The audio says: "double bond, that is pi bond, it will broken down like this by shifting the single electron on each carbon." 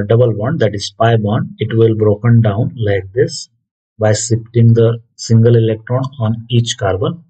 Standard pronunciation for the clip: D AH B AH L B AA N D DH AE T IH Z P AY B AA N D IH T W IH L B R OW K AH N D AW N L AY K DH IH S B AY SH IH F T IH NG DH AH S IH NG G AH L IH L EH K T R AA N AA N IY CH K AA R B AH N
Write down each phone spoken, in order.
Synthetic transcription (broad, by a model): D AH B AH L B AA N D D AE T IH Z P AY B AA N D IH T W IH L B R OW K AH N D AW N L AY K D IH S B AY S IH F T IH NG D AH S IH NG G AH L IH L EH K T R AA N AA N IY CH K AA R B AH N